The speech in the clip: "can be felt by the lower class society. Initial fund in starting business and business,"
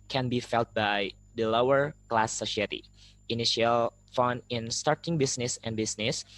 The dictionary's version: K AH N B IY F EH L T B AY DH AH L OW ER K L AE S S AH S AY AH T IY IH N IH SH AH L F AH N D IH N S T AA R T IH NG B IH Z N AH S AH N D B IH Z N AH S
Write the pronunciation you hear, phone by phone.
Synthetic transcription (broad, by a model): K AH N B IY F EH L T B AY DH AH L OW ER K L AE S S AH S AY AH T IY IH N IH SH AH L F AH N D IH N S T AA R T IH NG B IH S N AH S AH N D B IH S N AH S